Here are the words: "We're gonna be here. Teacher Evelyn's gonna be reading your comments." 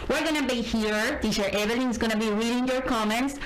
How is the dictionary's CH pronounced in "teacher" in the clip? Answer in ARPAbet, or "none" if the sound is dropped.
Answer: SH